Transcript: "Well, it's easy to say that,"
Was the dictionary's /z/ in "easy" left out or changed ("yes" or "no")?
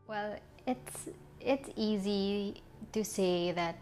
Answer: no